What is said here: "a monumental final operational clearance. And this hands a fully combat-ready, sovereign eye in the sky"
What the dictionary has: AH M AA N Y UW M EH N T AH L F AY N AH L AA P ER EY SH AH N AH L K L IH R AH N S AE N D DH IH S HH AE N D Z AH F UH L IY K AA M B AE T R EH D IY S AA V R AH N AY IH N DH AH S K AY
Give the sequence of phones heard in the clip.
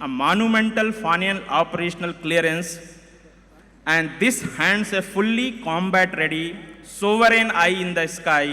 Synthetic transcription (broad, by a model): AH M AA N Y UW M EH N T AH L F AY N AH N AA P ER EY SH AH N AH L K L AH R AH N S AE N D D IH S HH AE N D S AH F UH L IY K AA M B AE T R EH D IY S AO V R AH N AY IH N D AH S K AY